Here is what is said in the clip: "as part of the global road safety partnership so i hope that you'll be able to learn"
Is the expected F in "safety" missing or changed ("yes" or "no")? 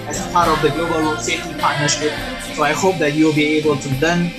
yes